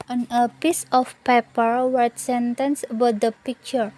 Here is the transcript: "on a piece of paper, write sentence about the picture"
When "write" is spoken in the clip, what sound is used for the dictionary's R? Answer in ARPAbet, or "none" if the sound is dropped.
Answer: W